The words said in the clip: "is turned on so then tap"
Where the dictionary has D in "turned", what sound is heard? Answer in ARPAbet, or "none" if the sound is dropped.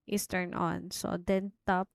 none